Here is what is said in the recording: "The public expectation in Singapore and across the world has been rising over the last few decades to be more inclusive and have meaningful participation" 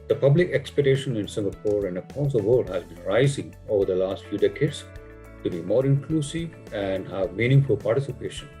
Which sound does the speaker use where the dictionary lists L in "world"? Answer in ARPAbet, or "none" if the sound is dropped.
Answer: none